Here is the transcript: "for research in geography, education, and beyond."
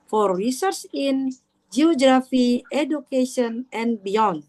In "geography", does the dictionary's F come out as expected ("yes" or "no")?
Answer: yes